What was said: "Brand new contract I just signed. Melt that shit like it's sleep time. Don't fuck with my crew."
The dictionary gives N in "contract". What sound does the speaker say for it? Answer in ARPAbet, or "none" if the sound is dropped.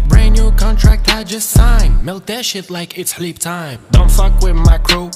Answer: N